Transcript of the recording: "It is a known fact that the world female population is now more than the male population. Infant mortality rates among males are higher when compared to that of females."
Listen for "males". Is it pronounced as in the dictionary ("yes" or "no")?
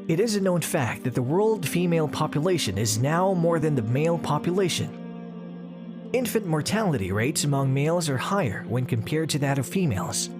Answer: yes